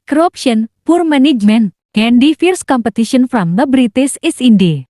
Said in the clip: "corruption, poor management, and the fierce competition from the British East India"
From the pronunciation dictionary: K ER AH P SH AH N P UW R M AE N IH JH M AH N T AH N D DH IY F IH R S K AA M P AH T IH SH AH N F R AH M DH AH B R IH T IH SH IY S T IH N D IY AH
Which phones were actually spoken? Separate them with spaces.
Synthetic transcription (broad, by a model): K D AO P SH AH N P UW R M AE N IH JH M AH N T AH N D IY F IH R S K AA M P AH T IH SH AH N F R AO M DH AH B R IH T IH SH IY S IH N D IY